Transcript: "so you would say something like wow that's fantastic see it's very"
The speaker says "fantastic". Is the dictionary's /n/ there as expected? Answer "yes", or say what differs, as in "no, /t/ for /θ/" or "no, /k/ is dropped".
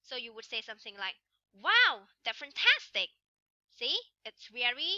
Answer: yes